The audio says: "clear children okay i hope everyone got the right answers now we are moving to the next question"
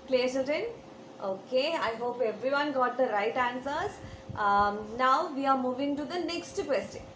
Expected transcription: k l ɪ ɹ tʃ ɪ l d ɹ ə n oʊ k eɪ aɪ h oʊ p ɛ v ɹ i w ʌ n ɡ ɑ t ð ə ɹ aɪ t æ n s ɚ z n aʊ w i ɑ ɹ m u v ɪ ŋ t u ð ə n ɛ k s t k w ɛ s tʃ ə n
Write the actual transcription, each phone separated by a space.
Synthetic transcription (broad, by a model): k l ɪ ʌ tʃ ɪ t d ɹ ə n oʊ k eɪ aɪ h oʊ p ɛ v ɹ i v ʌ n ɡ ɑ t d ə ɹ aɪ t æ n s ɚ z n aʊ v i ɑ ɹ m u v ɪ ŋ t u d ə n ɛ k s t k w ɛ s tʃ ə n